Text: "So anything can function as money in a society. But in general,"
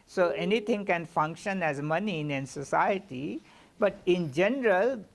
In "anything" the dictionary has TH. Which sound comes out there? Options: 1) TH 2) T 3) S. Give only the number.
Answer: 2